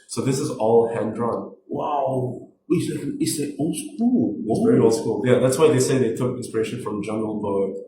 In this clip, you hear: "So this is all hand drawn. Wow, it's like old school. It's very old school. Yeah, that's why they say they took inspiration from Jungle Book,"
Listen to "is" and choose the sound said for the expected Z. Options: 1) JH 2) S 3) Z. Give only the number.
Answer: 3